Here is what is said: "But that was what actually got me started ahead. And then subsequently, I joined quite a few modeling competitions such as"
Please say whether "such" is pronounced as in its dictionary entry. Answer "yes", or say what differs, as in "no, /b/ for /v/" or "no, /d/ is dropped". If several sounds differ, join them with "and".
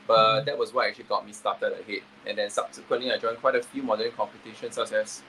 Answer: no, /s/ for /tʃ/